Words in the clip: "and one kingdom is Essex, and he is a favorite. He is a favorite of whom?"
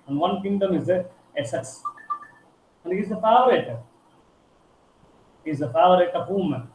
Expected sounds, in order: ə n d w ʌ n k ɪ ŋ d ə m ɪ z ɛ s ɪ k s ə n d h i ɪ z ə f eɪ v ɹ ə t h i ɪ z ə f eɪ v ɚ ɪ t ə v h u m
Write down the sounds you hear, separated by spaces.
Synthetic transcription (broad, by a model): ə n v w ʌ n k ɪ ŋ d ə m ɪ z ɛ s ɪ s ə n d h i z ə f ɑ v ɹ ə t h i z ə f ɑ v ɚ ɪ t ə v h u m